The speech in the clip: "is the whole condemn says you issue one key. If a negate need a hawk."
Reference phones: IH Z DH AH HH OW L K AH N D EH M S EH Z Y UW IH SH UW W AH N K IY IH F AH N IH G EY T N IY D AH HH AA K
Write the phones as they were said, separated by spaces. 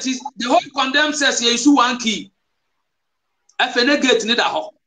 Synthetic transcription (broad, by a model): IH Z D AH HH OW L K AH N D EH M S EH S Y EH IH S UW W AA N K IY IH F AH N IH G EY T N IY D AH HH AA